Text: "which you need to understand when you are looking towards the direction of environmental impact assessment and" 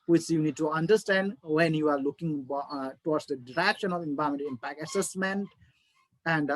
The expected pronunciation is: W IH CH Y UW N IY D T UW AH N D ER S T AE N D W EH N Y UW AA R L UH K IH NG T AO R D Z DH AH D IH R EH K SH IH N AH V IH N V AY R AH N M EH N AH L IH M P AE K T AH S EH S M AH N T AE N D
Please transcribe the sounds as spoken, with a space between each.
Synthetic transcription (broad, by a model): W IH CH Y UW N IY D T UW AH N D ER S T AE N D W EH N Y UW AA R L UH K IH NG T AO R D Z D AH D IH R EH K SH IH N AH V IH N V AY AH M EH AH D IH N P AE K AH S EH S M AH N T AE N D